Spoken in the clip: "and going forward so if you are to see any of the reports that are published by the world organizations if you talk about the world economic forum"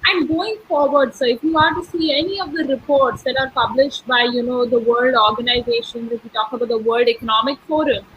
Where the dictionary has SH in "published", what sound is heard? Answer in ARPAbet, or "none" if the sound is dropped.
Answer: SH